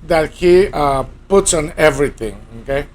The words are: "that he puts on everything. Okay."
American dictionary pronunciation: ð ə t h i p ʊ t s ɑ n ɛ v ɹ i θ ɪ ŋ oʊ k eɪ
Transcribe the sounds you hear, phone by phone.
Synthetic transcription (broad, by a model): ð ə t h i p ʊ t s ɑ n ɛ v ɹ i t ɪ ŋ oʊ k eɪ